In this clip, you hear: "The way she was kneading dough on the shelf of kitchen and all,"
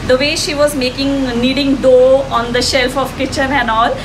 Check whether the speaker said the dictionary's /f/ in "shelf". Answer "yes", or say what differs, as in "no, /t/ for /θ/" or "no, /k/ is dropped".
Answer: yes